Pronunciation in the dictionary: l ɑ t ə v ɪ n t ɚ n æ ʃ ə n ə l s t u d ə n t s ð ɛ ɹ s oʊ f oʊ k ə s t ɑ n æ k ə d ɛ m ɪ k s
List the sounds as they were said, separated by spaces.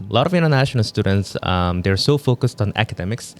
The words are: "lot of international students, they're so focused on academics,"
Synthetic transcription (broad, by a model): l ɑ t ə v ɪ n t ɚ n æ ʃ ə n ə l s t u d ə n t s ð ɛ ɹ s oʊ f oʊ k ə s t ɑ n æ k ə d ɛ m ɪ k s